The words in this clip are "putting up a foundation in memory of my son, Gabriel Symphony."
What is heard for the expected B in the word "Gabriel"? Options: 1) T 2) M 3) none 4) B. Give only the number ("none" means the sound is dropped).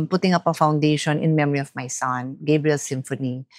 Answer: 4